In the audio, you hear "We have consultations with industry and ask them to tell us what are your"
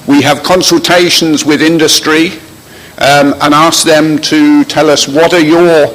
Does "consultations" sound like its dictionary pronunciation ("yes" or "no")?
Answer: yes